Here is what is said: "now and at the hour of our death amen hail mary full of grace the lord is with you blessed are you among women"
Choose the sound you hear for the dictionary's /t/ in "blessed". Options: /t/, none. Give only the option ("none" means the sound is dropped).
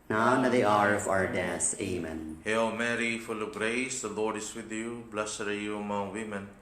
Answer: none